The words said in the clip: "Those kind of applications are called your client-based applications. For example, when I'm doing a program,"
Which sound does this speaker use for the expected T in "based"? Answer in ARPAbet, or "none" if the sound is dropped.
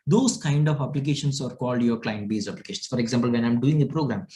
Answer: none